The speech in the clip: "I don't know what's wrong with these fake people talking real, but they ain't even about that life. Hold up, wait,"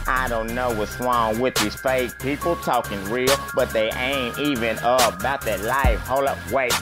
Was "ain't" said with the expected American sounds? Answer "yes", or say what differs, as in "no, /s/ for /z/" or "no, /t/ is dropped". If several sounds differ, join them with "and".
yes